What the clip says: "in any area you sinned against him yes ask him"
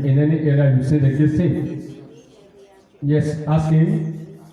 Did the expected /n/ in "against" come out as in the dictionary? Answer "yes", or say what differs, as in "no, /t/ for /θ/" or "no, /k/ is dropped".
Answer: no, /n/ is dropped